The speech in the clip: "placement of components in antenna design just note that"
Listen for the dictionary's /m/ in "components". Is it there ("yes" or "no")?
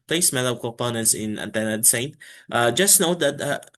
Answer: no